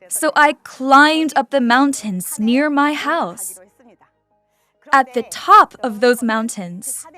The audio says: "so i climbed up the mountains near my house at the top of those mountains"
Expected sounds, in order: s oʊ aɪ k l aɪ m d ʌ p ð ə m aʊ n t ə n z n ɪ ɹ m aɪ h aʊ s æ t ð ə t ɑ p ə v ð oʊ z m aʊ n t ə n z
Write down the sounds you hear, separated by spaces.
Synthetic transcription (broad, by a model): s oʊ aɪ k l aɪ m d ʌ p ð ə m aʊ n t ə n z n ɪ ɹ m aɪ h aʊ s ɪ t ð ə t ɑ p ə v ð oʊ z m aʊ n t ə n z